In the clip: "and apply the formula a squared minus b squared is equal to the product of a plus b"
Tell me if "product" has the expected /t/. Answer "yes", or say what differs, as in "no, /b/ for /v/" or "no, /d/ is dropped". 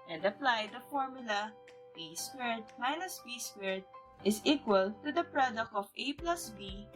yes